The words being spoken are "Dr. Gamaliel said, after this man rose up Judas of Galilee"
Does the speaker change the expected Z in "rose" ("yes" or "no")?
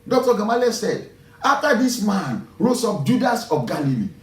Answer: yes